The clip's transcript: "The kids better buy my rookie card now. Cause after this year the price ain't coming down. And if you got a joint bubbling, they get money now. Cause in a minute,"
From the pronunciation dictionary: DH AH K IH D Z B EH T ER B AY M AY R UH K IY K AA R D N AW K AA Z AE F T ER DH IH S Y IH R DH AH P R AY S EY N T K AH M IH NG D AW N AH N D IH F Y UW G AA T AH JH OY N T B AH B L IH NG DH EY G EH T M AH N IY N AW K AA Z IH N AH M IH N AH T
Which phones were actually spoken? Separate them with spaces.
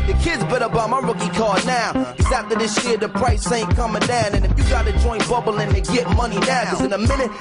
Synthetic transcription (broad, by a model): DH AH K IH D Z B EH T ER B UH M AY R UH K IY K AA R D N AW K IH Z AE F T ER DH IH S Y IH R DH AH P R AY S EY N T K AH M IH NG D AW N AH N IH F Y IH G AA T AH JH OY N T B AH B L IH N DH EY G EH T M AH N IY N AW K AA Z IH N AH M IH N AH T